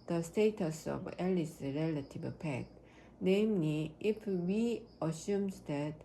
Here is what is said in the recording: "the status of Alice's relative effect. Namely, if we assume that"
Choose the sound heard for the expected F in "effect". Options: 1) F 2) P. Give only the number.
2